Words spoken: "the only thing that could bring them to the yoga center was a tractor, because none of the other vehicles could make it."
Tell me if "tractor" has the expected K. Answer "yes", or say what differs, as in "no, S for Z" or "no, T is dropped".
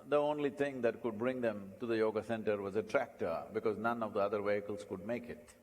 yes